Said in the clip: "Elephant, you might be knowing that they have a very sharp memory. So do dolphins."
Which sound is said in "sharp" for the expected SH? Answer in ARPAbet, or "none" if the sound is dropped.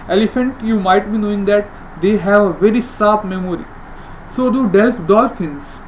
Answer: S